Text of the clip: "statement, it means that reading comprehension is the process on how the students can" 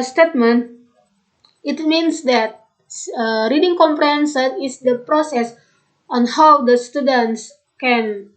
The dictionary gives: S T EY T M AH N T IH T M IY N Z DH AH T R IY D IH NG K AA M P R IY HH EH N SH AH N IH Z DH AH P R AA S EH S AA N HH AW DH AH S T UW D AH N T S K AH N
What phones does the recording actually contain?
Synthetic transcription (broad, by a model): S T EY T M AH N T IH T M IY N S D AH T R IY D IH NG K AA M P R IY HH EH N S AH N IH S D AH P R AA S EH S AA N HH AW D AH S T UW D AH N T S K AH N